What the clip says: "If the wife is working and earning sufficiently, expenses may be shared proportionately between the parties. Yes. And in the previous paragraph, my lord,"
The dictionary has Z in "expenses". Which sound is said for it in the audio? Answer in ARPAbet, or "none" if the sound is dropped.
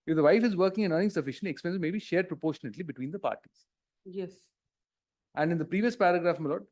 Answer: none